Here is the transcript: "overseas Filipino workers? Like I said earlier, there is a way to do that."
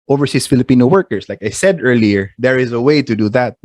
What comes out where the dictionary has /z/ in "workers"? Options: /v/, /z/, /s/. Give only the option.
/s/